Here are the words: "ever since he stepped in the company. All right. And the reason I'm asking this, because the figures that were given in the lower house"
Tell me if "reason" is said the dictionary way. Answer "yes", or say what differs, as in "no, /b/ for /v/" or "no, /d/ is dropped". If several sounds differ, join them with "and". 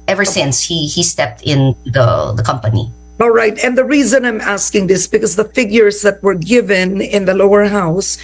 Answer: yes